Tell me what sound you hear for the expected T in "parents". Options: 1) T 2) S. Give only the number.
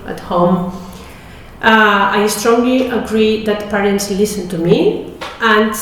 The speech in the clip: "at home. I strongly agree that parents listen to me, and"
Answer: 1